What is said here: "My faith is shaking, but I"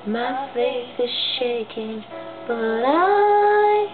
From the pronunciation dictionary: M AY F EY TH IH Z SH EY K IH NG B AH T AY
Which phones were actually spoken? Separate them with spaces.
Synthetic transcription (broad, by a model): M AY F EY S IH Z SH EY K IH NG B AH T AY